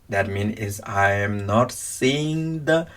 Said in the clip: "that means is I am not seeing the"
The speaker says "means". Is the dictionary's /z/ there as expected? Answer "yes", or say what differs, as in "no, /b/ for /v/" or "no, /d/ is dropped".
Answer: no, /z/ is dropped